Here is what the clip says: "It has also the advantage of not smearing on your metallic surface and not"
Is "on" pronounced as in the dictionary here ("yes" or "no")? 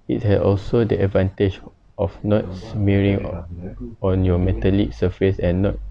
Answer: yes